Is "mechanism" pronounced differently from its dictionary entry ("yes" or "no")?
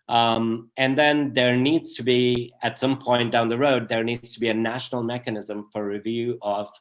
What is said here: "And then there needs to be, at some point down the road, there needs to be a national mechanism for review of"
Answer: no